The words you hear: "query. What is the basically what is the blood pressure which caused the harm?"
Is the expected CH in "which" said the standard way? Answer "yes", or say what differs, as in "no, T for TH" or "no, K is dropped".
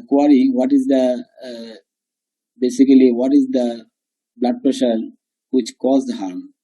yes